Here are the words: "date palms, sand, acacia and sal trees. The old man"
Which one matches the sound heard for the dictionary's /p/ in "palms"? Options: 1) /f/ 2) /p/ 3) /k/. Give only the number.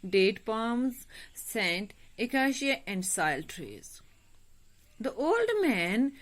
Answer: 2